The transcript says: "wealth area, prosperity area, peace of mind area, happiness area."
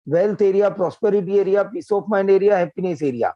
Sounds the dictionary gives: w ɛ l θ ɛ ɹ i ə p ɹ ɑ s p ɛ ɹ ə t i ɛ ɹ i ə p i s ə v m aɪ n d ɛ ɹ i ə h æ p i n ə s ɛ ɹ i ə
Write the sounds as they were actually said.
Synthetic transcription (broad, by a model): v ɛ l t ɛ ɹ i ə p ɹ ɑ s p ɛ ɹ ə t i ɛ ɹ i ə p i s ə p m aɪ n d ɛ ɹ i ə h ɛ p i n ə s ɛ ɹ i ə